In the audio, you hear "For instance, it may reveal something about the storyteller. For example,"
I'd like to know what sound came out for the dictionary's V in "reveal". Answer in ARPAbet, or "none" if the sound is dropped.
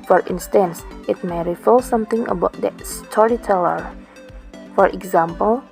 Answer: F